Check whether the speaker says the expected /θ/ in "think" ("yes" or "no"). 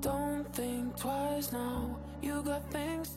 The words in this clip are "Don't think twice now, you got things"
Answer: yes